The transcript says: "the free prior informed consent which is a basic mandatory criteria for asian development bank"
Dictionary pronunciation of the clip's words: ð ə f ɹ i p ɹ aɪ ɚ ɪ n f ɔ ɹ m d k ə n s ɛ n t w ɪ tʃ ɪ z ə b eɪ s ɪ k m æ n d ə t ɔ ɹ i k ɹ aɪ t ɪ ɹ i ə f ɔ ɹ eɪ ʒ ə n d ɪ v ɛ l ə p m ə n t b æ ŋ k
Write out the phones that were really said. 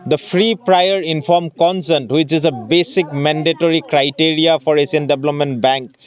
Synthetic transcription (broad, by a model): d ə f ɹ i p ɹ aɪ ɚ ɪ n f ɔ ɹ m k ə n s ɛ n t w ɪ tʃ ɪ z ə b eɪ s ɪ k m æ n d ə t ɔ ɹ i k ɹ aɪ t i ɹ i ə f ɔ ɹ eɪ s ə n d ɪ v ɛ l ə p m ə n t b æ ŋ k